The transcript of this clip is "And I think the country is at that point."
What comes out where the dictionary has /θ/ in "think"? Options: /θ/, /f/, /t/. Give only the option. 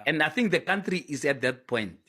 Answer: /θ/